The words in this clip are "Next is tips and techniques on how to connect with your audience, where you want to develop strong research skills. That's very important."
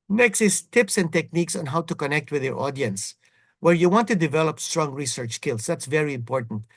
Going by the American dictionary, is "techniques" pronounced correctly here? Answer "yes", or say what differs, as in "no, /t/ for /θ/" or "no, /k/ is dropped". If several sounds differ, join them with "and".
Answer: yes